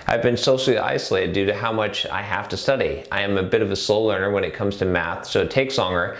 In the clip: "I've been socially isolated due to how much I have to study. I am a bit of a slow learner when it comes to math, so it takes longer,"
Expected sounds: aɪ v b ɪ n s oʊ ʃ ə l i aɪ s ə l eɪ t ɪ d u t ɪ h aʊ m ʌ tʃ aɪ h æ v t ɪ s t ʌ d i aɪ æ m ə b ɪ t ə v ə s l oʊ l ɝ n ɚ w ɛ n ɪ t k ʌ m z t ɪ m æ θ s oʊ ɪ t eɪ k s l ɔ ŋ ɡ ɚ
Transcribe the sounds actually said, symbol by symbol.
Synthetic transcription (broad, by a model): aɪ v b ɪ n s oʊ ʃ l i aɪ s ə l eɪ t ɪ d u t ɪ h aʊ m ʌ tʃ aɪ h æ f t ɪ s t ʌ d i aɪ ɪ m ə b ɪ t ə v ə s oʊ l ɝ n ɚ w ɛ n ɪ t k ʌ m z t ɪ m æ θ s oʊ ɪ t eɪ k s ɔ ŋ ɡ ɚ